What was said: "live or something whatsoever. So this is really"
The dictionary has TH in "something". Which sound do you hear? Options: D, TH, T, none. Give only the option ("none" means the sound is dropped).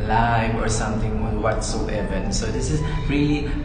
T